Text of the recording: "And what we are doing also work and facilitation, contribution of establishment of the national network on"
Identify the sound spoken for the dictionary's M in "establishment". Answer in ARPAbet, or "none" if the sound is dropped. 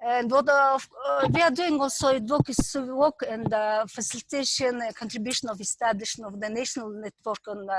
none